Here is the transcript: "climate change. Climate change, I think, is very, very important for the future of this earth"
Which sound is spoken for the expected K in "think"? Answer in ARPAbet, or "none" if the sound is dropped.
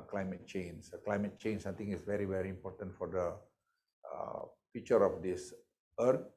none